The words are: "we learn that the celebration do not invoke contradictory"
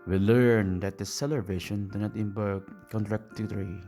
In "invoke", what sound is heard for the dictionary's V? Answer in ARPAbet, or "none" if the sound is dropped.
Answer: B